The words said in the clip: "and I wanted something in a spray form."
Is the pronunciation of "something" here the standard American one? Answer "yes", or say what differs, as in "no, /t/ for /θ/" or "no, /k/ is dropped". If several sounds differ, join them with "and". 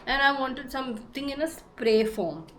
no, /t/ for /θ/